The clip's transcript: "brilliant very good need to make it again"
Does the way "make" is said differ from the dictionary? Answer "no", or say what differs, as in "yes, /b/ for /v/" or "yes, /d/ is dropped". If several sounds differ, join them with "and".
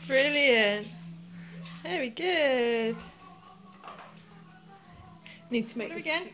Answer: yes, /k/ is dropped